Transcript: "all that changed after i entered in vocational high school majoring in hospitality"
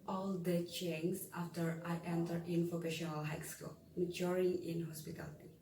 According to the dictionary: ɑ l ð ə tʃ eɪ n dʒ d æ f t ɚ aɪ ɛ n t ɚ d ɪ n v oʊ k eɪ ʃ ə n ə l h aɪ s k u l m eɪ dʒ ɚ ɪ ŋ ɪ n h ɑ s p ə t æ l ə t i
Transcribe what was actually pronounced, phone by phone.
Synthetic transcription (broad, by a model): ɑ l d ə tʃ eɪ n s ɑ f t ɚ aɪ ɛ n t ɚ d ɪ n p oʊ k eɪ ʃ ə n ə l h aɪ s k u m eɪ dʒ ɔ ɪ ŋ ɪ n h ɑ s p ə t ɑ l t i